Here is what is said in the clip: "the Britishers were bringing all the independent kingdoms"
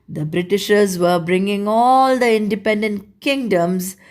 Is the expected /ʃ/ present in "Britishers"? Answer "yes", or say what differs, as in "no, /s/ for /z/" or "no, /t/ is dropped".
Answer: yes